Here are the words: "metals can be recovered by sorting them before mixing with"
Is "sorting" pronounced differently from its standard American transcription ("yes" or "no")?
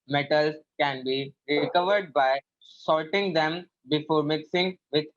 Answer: yes